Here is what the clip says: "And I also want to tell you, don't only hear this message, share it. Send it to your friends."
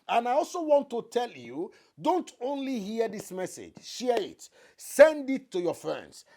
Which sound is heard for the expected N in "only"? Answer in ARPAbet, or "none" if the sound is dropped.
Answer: N